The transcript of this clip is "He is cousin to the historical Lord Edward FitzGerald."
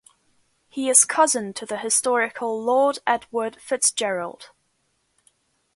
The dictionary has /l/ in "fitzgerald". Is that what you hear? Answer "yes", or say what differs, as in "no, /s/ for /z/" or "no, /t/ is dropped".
yes